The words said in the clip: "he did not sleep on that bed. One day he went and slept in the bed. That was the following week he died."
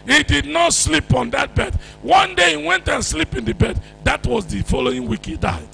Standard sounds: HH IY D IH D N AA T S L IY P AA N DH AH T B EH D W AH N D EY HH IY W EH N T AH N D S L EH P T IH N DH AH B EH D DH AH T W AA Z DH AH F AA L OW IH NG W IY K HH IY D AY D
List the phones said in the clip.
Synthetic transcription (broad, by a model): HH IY D IH D N AA T S L IY P AA N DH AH T B EH D W AH N D EY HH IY W EH N T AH N S L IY P IH N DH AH B EH D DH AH T W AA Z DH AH F AA L OW IH NG W IY K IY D AY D